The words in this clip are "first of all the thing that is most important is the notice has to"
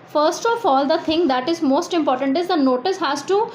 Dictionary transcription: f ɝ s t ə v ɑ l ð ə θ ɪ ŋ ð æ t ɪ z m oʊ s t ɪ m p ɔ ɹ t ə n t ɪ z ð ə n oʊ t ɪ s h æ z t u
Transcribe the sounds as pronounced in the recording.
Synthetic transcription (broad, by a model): f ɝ s t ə f ɑ l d ə t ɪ ŋ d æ t ɪ z m oʊ s t ɪ m p ɔ ɹ t ə n t ɪ z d ə n oʊ t ɪ s h æ z t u